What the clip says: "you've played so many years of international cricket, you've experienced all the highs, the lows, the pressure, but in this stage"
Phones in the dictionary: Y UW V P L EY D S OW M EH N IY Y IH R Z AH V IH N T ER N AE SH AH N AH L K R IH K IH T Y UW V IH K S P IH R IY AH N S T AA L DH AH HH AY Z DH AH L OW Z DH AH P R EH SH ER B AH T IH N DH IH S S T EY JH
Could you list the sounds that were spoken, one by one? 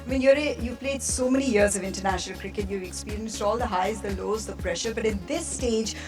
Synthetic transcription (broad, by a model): Y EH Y P L EY D S OW M EH N IY Y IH R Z AH V IH N T ER N AE SH AH N AH L K R IH K IH T Y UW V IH K S P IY R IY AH N S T AA L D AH HH AY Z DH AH L OW Z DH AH P R EH SH ER B AH T IH N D IH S S T EY JH